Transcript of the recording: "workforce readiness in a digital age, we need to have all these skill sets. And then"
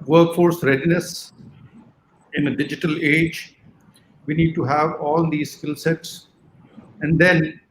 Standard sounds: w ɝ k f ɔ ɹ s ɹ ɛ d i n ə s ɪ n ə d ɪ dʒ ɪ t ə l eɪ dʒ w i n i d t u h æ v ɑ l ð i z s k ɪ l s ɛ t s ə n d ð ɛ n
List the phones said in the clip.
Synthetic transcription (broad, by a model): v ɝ k f ɔ ɹ s ɹ ɛ d i n ə s ɪ n ə d ɪ dʒ ɪ t ə l eɪ dʒ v i n i d t u h æ v ɑ l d i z s k ɪ l s ɛ t s ə n d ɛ n